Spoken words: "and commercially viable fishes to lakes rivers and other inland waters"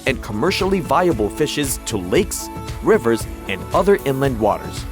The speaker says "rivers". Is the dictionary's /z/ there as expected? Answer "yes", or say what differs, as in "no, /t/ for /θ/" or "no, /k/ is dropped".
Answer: yes